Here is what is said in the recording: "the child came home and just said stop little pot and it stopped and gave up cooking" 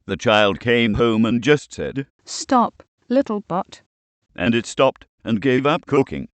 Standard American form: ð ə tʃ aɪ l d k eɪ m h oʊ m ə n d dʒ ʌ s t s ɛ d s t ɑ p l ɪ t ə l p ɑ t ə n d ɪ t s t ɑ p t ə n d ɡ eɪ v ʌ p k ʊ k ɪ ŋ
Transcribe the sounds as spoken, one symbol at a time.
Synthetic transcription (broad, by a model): ð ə tʃ aɪ l d k eɪ m h oʊ m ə n dʒ ʌ s t s ɛ d s t ɑ p l ɪ t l b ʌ t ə n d ɪ t s t ɑ p t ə n ɡ eɪ v ʌ p k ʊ k ɪ ŋ